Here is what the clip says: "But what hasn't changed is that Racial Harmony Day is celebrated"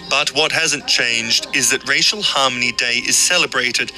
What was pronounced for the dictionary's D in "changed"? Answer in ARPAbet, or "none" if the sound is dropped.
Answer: D